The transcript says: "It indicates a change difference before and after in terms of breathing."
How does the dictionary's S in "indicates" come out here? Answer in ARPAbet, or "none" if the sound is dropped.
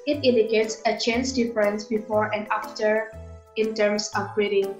S